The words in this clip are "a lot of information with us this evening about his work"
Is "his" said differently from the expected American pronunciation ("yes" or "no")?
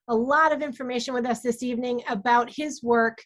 no